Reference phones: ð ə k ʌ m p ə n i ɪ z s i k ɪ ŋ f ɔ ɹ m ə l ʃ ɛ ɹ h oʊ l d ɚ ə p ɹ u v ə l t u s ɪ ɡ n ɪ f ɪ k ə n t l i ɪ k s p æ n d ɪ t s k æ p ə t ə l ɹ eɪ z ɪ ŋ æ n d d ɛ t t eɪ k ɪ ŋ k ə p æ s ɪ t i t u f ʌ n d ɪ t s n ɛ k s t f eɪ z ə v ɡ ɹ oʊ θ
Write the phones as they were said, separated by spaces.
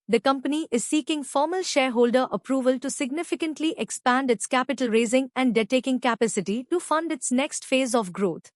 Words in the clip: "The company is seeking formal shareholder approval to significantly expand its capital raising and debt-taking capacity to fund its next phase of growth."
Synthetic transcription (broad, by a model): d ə k ʌ m p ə n i ɪ z s i k ɪ ŋ f ɔ ɹ m ə l ʃ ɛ ɹ h oʊ l d ɚ ə p ɹ u v ə l t u s ɪ ɡ n ɪ f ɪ k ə n t l i ɪ k s p æ n d ɪ t s k æ p ə t ə l ɹ eɪ z ɪ ŋ æ n d d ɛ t t eɪ k ɪ ŋ k ə p æ s ɪ t i t u f ʌ n d ɪ t s n ɛ k s t f eɪ z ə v ɡ ɹ oʊ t